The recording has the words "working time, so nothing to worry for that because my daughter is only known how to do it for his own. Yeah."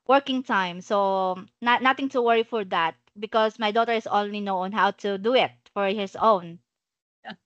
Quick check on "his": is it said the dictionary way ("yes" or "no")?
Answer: no